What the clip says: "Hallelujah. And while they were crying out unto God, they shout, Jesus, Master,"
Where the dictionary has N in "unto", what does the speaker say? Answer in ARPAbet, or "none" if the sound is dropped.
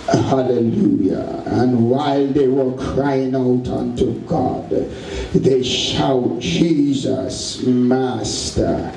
N